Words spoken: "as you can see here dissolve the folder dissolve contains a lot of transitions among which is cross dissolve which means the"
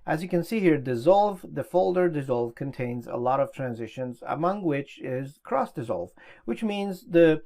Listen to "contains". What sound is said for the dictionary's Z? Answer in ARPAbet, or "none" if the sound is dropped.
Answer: Z